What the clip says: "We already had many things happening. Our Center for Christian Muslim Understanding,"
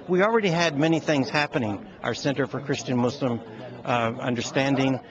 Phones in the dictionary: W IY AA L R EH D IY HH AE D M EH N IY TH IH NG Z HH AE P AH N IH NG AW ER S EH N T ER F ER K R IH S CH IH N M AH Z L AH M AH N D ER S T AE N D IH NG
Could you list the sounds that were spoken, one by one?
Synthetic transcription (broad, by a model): W IY L R EH D IY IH D M EH N IY TH IH NG Z HH AE P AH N IH NG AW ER S EH N T ER F ER K R IH S CH IH N M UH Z L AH M AH N D ER S T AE N D IH NG